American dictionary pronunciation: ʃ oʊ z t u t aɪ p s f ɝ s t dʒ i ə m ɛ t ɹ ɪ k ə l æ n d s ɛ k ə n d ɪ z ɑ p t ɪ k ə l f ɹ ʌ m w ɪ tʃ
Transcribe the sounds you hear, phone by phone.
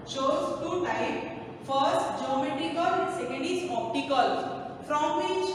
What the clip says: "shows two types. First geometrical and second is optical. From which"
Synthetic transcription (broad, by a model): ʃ oʊ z t u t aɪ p f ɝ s t dʒ i ə m ɛ t ɹ ɪ k ə l s ɛ k ə n d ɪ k ɑ p t ɪ k ə l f ɹ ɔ m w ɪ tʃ